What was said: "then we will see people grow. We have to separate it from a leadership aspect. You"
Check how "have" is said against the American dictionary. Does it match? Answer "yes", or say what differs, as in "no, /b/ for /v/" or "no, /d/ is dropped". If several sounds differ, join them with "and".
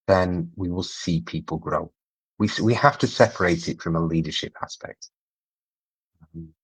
no, /f/ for /v/